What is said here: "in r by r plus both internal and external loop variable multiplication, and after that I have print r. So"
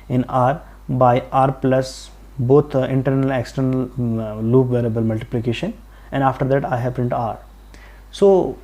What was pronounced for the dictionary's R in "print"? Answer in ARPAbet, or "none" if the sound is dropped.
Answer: none